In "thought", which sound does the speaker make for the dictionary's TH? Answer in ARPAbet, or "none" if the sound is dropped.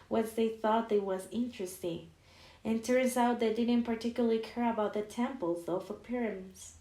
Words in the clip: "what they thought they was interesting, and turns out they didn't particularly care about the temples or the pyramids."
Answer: TH